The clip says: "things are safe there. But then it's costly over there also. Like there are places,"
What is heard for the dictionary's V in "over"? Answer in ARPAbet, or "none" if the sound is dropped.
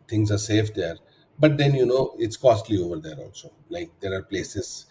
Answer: V